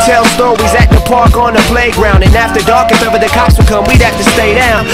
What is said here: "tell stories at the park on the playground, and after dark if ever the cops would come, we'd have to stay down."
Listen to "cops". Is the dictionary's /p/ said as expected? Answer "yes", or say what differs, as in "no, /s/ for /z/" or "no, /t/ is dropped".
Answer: no, /p/ is dropped